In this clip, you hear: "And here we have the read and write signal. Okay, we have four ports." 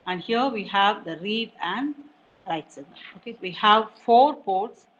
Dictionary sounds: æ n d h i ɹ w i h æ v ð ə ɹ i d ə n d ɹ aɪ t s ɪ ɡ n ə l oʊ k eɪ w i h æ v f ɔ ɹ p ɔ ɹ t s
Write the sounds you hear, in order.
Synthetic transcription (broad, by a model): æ n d h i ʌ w i h æ v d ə ɹ i d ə n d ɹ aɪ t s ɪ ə n oʊ k eɪ w i h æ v f ɔ ɹ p ɔ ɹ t s